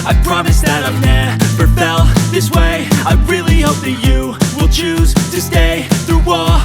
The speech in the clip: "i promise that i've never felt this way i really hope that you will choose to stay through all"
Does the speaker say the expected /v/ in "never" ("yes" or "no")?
no